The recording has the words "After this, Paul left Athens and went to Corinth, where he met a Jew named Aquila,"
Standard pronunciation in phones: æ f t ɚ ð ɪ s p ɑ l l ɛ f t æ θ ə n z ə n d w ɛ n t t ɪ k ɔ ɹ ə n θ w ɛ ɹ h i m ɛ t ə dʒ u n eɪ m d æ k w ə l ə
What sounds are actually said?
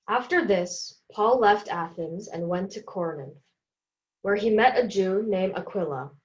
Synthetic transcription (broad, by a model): æ f t ɚ ð ɪ s p ɑ l l ɛ f t æ θ ə n z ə n w ɛ n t t ɪ k ɔ ɹ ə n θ w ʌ ɹ i m ɛ t ə dʒ u n eɪ m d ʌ k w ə l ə